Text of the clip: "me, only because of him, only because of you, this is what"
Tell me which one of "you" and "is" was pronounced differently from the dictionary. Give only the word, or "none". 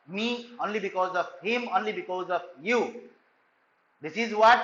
none